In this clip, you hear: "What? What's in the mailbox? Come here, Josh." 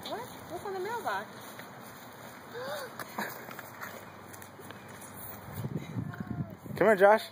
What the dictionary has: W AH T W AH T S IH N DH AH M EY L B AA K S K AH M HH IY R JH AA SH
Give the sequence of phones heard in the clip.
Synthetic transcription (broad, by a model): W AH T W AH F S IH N DH AH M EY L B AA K K AH M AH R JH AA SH